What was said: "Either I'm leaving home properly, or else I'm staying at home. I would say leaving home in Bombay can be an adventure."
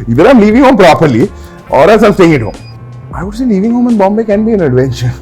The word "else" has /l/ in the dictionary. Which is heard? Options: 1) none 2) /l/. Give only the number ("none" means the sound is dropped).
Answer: 1